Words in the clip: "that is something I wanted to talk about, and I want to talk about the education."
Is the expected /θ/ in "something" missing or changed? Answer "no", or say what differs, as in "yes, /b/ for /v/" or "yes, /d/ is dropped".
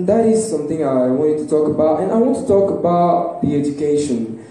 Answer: no